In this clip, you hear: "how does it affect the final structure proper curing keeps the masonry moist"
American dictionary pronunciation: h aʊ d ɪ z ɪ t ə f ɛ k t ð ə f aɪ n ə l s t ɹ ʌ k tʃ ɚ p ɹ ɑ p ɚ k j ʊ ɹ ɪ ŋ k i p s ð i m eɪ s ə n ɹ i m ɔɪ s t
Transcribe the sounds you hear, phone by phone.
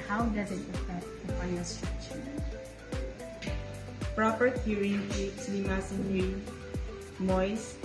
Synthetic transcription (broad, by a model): h aʊ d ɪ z ɪ t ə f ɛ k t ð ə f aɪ ə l s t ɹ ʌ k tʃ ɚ p ɹ ɑ p ɚ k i ɹ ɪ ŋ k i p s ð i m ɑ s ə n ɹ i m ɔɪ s